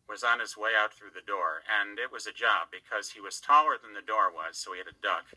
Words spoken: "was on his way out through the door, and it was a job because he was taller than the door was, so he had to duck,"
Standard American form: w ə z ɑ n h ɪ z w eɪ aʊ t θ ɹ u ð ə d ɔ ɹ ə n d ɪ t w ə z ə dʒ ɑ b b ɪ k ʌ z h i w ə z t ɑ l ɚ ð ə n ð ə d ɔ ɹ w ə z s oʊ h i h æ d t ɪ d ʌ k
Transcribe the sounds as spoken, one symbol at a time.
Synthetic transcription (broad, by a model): w ə z n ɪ z w eɪ aʊ t θ ɹ u ð ə d ɔ ɹ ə n ɪ t w ə z ə dʒ ɑ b b ɪ k ʌ z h i w ə z t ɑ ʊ ɚ ð ə n ð ə d ɔ ɹ w ə z s oʊ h i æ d t ɪ d ʌ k